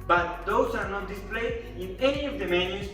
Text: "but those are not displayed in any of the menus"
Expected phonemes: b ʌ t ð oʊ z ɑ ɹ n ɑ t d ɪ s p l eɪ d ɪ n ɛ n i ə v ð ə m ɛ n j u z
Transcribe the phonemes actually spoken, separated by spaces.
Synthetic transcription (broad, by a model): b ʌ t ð oʊ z ɑ ɹ n ɑ t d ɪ s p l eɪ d ɪ n ɛ n i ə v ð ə m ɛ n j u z